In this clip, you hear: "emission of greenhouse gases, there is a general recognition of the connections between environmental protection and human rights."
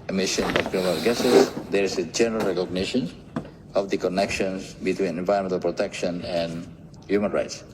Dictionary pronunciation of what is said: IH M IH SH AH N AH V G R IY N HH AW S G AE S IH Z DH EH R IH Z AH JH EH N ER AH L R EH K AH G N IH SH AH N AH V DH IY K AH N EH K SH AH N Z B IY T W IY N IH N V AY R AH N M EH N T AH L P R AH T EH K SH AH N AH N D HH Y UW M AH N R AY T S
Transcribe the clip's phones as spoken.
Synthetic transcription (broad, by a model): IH M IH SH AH N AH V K R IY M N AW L G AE S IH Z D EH R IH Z AH JH EH N ER AH L R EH K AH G N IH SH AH N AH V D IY K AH N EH K SH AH N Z B IY T W IY N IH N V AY AH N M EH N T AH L P R AH T EH K SH AH N AH N D HH Y UW M AH N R AY T S